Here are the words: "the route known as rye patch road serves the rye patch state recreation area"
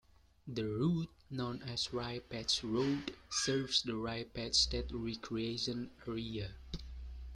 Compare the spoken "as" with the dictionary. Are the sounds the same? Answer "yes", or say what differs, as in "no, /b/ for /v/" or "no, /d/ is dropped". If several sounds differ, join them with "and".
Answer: no, /s/ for /z/